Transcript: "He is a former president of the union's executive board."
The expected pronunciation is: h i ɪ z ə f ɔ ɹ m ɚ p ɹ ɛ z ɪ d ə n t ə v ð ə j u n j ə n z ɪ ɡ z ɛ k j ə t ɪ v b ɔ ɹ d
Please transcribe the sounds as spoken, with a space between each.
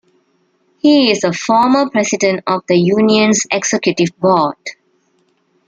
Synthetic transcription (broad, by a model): h i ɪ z ə f ɔ m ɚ p ɹ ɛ s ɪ d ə n t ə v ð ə j u n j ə n s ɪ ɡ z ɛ k j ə t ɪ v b ɔ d